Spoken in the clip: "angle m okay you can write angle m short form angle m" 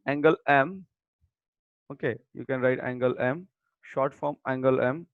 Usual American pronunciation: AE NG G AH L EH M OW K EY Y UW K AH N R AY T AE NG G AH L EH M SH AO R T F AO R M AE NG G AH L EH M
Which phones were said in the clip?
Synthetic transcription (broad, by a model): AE NG G AH L EH M OW K EY Y UW K AH N R AY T AE NG G AH L EH M SH AO R T F AO R M AE NG G AH L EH M